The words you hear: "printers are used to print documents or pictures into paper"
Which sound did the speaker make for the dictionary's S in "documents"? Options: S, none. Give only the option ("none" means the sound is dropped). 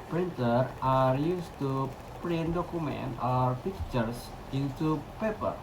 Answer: none